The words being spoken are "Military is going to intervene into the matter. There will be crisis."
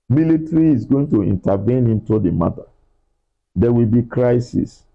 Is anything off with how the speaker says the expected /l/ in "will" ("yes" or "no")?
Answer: no